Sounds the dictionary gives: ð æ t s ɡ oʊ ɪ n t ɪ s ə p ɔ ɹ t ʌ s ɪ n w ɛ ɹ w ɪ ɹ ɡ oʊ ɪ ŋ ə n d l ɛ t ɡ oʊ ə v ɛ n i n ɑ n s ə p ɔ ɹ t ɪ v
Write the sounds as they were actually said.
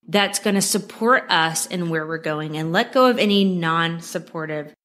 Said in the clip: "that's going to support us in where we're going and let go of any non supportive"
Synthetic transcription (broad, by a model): ð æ t s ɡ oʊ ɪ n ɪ s ə p ɔ ɹ t ʌ s ɪ n w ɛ ɹ w ɪ ɹ ɡ oʊ ɪ ŋ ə n l ɛ t ɡ oʊ ə v ɛ n i n ɑ n s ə p ɔ ɹ t ɪ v